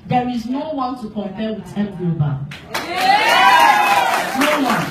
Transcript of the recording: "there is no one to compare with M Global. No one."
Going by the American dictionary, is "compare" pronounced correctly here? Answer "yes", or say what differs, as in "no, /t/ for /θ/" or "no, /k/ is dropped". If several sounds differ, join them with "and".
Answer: no, /l/ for /ɹ/